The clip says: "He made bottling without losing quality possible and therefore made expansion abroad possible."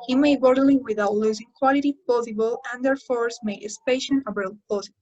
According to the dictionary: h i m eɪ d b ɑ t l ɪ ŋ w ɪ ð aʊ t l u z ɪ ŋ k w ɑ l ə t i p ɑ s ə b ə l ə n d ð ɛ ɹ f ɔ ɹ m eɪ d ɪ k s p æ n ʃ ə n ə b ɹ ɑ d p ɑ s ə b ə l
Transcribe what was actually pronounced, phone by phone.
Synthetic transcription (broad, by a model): h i m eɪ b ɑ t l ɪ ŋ w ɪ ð aʊ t l u z ɪ ŋ k w ɑ l ə t i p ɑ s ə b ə l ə n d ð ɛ ɹ f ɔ ɹ m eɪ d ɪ s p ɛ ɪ ʃ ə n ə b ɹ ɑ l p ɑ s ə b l